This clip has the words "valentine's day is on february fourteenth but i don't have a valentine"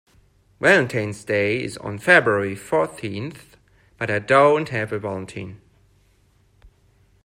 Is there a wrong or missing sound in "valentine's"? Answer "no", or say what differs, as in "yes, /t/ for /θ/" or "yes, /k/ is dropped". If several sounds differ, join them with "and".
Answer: yes, /w/ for /v/